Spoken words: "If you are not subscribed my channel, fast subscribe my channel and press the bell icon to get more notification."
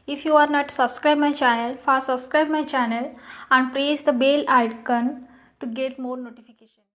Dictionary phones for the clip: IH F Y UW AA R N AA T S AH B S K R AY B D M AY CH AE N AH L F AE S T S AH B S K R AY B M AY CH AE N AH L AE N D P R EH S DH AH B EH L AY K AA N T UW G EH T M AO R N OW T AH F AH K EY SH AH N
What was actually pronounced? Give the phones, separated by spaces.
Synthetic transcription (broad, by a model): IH F Y UW AA R N AA T S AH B S K R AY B M AY CH AE N AH L F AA T S AH B S K R AY B M AY CH AE N AH L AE N D P R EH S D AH B EH L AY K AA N T UW G EH T M AO R N OW T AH F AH K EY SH AH N